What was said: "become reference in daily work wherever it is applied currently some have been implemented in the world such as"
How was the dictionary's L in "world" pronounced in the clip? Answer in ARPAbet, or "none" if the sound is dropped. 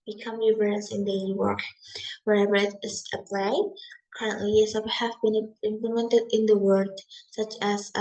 none